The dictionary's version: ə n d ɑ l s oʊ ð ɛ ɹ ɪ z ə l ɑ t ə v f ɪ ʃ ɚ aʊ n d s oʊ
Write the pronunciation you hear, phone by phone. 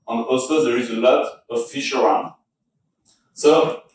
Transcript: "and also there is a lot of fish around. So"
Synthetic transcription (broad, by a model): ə n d ɑ l s oʊ ð ɛ ɹ ɪ z ə l ɑ t ə v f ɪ ʃ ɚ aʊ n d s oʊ